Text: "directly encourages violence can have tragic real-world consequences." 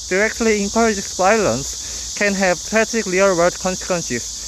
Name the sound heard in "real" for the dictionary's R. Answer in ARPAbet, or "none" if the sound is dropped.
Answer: L